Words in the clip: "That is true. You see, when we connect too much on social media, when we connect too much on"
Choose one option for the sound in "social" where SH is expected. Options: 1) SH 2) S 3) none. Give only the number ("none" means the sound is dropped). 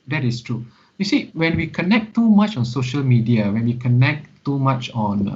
1